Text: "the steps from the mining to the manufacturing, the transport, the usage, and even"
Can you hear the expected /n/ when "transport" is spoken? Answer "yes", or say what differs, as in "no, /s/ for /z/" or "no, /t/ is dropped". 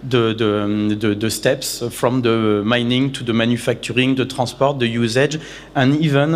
no, /n/ is dropped